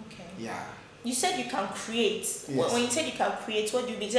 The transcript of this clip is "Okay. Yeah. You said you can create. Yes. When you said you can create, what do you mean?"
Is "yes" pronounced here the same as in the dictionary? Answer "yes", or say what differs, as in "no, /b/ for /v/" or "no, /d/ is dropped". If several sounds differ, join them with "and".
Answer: no, /s/ is dropped